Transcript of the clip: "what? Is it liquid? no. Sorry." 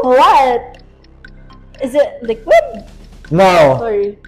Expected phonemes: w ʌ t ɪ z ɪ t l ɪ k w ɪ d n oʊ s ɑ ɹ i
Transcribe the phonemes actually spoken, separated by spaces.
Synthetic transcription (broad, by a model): w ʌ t ɪ z ɪ t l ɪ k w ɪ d n oʊ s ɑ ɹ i